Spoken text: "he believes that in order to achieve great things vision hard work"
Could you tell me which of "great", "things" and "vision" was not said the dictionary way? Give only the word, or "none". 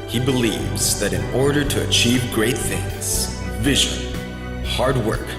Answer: none